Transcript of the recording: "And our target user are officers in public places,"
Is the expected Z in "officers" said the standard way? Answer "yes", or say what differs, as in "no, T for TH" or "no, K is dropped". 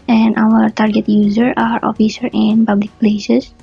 no, Z is dropped